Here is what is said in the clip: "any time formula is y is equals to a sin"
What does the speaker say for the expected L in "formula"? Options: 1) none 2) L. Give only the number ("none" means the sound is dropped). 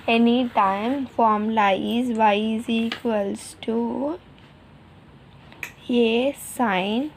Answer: 1